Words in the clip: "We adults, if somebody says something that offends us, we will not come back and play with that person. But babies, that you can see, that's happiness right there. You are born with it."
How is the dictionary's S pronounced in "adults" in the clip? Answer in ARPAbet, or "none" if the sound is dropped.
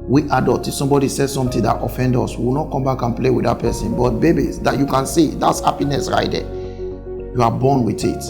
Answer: none